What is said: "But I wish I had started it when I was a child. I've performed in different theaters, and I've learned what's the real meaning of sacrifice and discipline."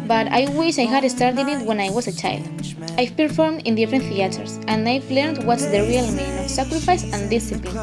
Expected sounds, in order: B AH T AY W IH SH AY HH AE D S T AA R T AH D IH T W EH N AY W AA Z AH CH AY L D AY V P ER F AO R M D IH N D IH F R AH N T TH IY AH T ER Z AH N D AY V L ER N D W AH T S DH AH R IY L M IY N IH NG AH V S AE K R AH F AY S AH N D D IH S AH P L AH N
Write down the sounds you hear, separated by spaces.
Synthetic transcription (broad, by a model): B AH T AY W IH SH AY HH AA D S T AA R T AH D IH T W EH N AY W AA S AH CH AY L D AY P ER F AO R M D IH N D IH F R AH N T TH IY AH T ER S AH N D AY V L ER N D W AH T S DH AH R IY L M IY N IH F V S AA K R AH F AY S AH N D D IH S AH P L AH N